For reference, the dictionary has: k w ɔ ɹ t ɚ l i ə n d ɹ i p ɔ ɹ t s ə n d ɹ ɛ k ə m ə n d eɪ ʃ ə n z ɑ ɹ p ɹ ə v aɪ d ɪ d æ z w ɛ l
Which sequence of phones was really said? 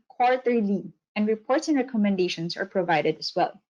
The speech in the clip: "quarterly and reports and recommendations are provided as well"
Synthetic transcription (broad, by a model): k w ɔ ɹ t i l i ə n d ɹ i p ɔ ɹ t s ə n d ɹ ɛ k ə m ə n d eɪ ʃ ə n s ɑ ɹ p ɹ ə v aɪ d ɪ d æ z w ɛ l